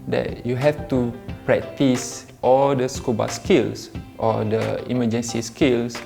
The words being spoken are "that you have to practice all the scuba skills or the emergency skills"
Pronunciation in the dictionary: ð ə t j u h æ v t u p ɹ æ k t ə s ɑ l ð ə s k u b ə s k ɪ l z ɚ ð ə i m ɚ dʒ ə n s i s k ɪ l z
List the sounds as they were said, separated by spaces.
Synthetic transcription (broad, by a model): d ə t j u h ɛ f t u p ɹ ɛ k t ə s ɑ l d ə s k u b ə s k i l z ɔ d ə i m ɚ dʒ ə n s i s k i l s